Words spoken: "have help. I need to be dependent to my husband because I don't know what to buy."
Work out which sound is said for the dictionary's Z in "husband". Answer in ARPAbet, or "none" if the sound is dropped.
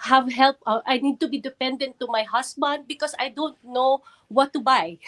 S